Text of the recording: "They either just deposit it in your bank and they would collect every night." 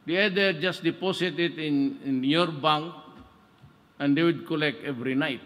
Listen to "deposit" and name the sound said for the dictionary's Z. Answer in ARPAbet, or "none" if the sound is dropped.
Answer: S